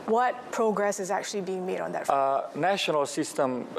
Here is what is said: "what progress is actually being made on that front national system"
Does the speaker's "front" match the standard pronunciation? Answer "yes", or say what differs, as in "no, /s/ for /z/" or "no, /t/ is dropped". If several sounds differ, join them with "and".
no, /n/ is dropped